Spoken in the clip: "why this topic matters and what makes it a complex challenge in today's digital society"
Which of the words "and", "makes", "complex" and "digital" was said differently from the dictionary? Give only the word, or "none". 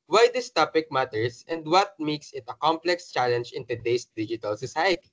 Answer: none